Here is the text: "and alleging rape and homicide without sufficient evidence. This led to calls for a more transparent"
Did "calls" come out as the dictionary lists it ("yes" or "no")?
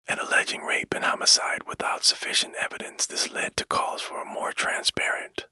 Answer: no